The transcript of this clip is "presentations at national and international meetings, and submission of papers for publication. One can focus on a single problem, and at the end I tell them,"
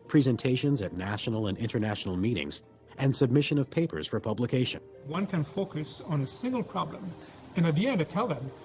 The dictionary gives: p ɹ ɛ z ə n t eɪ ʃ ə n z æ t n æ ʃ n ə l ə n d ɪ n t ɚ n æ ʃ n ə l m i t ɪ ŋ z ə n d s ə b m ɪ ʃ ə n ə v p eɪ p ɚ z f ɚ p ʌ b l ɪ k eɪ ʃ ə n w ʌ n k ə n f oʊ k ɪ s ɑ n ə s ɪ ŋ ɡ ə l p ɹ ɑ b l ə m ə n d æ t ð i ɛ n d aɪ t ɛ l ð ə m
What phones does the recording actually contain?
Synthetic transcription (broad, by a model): p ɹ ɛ z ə n t eɪ ʃ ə n z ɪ t n æ ʃ n l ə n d ɪ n t ɚ n æ ʃ n l m i t ɪ ŋ z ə n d s ə b m ɪ ʃ ə n ə v p eɪ p ɚ z f ɚ p ʌ b l ɪ k eɪ ʃ ə n w ʌ n k ə n f oʊ k ɪ s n ə s ɪ ŋ ɡ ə l p ɹ ɑ b l ə m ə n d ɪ t ð i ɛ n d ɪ t ɛ l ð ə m